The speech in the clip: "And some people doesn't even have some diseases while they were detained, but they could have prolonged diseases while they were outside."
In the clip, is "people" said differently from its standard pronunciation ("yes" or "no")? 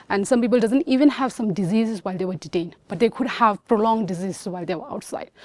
no